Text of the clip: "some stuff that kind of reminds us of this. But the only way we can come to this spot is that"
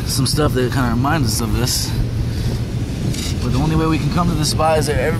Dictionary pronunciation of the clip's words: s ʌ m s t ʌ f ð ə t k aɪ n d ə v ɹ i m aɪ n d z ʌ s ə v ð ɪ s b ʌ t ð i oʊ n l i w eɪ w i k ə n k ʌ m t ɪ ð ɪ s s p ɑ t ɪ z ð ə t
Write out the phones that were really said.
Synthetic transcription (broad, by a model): s ʌ m s t ʌ f ð ə t k aɪ n d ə ɹ i m aɪ n d z ʌ s ə v ð ɪ s b ʌ t ð i oʊ n l i w eɪ w i k n k ʌ m t ɪ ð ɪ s s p ɑ ɪ z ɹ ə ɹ